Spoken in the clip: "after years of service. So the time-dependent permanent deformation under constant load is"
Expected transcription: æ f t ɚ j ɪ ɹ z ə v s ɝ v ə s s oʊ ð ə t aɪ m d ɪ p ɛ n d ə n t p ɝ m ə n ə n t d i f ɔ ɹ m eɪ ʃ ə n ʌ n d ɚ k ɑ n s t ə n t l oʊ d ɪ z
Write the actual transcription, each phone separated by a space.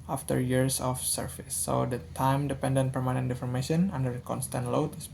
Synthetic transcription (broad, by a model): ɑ f t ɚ j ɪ ɹ s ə f s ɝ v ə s s oʊ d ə t aɪ m d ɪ p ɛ n d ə n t p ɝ m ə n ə n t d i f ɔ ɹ m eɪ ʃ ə n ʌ n d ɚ k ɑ n s t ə n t l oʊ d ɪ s